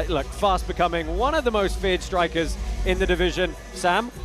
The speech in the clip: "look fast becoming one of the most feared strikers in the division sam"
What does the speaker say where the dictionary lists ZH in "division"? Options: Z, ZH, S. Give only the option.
ZH